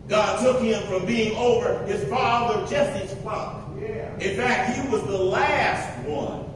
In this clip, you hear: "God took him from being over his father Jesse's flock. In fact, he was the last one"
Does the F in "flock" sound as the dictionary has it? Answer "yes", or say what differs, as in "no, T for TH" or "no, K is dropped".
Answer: no, P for F